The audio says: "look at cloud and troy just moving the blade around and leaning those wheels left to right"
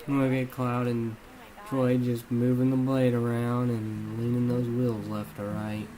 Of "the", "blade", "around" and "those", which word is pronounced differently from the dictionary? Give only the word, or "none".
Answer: none